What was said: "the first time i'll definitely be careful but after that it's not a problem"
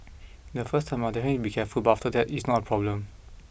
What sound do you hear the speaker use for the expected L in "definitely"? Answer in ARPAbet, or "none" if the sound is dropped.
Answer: none